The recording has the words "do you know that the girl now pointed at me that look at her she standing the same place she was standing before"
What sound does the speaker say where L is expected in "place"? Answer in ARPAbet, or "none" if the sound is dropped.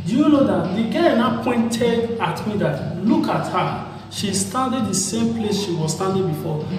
L